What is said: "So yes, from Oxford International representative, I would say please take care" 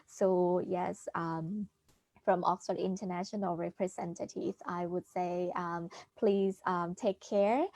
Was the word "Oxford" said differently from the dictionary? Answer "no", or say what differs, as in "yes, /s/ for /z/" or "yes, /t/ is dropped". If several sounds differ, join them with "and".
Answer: no